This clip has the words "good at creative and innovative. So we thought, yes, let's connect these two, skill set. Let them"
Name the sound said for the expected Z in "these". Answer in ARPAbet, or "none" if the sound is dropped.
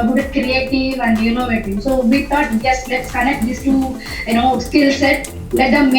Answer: S